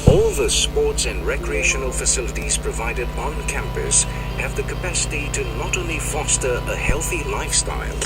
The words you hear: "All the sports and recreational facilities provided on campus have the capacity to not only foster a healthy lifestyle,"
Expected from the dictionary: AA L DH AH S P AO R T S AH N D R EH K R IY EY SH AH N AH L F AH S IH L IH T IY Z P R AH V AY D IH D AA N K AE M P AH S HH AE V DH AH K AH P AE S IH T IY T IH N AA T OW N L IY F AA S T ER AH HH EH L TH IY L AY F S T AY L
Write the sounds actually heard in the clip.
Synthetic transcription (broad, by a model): AA L DH AH S P AO R T S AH N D R EH K R IY EY SH AH N AH L F AH S IH L IH T IY Z P R AH V AY D IH D N K AE M P AH S HH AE V DH AH K AH P AE S IH T IY T IH N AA T OW N L IY F AA S T ER AH HH EH L TH IY L AY F S T AY L